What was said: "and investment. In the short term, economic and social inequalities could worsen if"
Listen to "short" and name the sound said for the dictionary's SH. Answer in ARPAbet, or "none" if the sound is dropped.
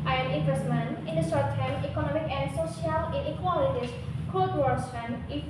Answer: S